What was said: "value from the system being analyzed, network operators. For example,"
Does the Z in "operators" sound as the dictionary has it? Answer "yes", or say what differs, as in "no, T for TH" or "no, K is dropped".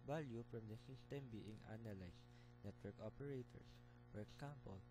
no, S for Z